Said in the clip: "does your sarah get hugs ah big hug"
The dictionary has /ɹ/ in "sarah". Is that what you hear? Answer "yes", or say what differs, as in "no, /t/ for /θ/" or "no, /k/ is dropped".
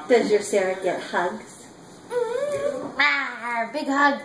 yes